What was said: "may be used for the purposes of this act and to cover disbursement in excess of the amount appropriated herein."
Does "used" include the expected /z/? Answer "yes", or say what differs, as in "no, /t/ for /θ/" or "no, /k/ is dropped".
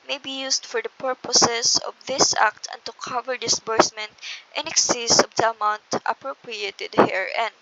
no, /s/ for /z/